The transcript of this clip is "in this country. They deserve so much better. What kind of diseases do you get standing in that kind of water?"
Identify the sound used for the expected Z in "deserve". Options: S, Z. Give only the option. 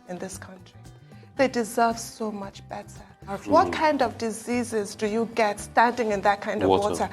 Z